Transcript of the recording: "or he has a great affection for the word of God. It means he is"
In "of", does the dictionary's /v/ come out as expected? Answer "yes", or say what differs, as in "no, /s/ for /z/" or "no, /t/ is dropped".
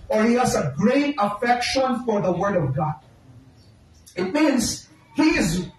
yes